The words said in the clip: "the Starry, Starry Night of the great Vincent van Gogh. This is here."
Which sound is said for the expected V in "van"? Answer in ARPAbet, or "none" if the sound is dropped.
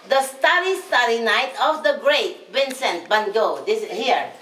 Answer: B